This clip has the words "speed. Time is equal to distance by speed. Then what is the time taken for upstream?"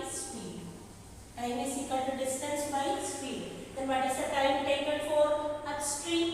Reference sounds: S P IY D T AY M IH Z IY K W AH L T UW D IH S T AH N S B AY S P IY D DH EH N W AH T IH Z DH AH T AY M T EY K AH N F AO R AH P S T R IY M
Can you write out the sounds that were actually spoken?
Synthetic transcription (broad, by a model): S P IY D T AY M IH S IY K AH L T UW D IH S T AH N S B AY S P IY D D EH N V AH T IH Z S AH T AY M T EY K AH L F AO R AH S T R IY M